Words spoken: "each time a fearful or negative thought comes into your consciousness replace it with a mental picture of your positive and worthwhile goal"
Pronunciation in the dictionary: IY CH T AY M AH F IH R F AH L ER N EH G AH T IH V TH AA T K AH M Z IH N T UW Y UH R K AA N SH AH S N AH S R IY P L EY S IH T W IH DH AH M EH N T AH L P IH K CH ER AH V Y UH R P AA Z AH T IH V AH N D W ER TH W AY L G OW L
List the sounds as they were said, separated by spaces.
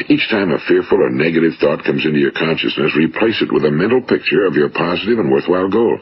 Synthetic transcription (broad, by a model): IY CH T AY M AH F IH R F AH L ER N EH G AH T IH V TH AA T K AH M Z IH N T UW Y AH R K AA N SH AH S N AH S R IY P L EY S IH T W IH DH AH M EH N T L P IH K CH ER AH V Y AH R P AA Z AH T IH V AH N W ER TH W AY L G OW L